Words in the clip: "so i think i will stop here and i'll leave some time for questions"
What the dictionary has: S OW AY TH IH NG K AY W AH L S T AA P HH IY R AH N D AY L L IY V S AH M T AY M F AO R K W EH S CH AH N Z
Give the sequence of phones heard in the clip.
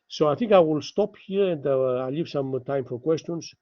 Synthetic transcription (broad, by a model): S OW AY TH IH NG K AY W AH L S T AA P HH IY R AH N D AY L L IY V S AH M T AY M F AO R K W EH S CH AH N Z